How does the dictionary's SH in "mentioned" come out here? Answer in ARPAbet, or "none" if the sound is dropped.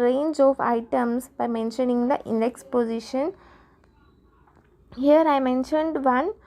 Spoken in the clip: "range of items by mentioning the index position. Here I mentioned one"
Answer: SH